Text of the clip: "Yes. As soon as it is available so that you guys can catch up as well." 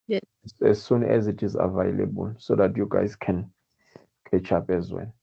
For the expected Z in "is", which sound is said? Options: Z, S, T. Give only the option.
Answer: Z